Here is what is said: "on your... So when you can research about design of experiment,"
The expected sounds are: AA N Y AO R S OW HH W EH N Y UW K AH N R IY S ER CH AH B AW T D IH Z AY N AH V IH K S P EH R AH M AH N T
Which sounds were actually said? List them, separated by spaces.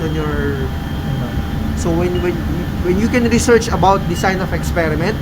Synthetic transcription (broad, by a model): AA N Y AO R S OW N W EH N Y UW K AH N R IY S ER CH AH B AW T D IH S AY N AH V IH K S P EH R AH M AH N T